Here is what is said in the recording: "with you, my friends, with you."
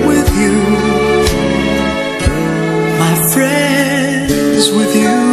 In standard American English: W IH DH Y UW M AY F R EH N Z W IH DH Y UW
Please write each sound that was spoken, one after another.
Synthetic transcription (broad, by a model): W IH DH Y UW M AY F R EH N Z W IH DH Y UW